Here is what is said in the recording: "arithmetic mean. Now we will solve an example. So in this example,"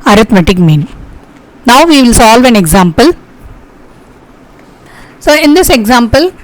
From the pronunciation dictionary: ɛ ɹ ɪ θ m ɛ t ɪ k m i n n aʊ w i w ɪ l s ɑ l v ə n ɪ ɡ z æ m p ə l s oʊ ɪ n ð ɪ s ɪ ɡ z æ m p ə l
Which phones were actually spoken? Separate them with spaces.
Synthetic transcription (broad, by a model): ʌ ɹ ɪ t m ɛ t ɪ k m i n n aʊ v i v ɪ l s ɑ l v ə n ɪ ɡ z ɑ m p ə l s oʊ ɪ n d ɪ s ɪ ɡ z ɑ m p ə l